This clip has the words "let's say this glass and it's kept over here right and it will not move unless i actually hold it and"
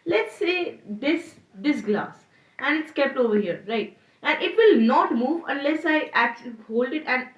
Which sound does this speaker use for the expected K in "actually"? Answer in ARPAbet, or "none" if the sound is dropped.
K